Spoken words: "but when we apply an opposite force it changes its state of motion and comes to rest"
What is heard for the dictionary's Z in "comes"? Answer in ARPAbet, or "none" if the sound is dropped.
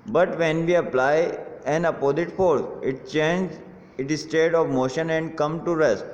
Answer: none